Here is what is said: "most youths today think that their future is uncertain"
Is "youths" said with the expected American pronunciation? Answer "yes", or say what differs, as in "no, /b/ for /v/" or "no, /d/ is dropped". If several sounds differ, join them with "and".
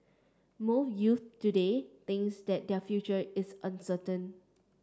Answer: no, /s/ is dropped